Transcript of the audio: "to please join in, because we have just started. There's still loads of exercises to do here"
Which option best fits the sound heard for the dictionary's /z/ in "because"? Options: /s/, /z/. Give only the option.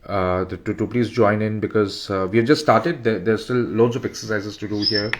/z/